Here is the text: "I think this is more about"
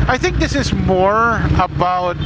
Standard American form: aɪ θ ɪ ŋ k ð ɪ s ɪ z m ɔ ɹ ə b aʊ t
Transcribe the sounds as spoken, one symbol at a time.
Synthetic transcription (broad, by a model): aɪ θ ɪ ŋ k ð ɪ s ɪ z m ɔ ɹ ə b aʊ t